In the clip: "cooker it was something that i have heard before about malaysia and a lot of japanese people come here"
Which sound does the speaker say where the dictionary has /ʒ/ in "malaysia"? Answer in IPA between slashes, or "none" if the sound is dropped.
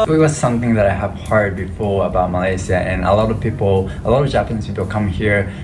/s/